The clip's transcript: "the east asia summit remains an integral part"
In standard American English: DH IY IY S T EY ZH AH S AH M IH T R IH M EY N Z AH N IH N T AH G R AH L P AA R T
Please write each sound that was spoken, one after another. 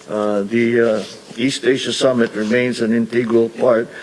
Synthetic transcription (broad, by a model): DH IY IY S T EY SH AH S AH M IH T R IH M EY N Z AH N IH N T AH G R AH L P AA R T